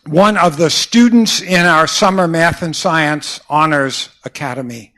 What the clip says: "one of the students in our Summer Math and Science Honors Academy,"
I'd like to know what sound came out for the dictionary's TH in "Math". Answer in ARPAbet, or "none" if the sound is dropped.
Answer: TH